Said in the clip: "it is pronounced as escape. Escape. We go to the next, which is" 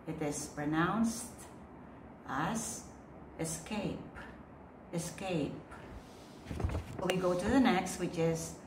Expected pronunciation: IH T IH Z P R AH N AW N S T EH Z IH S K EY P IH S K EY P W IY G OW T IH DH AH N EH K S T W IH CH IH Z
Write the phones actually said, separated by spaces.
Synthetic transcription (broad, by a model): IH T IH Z P R AH N AW N S T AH S IH S K EY P IH S K EY P W IY G OW T IH DH AH N EH K S T W IH CH IH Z